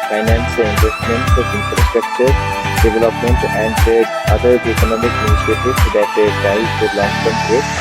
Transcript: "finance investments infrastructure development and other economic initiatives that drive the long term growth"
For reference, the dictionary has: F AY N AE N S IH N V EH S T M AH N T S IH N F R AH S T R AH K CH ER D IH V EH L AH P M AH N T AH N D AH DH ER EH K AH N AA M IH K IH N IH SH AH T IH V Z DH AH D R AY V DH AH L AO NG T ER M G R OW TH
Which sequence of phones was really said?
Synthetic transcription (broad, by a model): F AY N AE N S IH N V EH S T M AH N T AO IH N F R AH S T R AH K CH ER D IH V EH L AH P M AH N T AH N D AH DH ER EH K AH N AA M IH K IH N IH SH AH T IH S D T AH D AY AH L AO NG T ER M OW